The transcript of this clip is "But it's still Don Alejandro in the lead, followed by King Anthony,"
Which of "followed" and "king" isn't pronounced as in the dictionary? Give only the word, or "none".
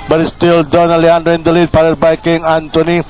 followed